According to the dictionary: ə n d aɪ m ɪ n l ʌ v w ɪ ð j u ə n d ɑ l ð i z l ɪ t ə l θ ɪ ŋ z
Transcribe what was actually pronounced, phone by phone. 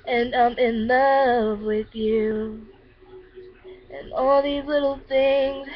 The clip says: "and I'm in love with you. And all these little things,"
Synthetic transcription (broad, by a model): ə n aɪ m ɪ n l ʌ v w ɪ ð j u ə n ɑ l ð i z l ɪ t l θ ɪ ŋ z